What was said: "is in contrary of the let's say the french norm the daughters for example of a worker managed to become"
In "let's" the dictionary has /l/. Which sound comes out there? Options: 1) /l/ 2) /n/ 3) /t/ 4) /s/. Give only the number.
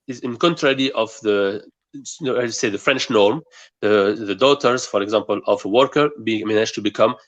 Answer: 2